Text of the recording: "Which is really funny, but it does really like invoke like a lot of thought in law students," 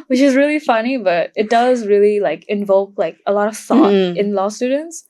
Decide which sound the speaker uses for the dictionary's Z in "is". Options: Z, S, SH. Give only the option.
Z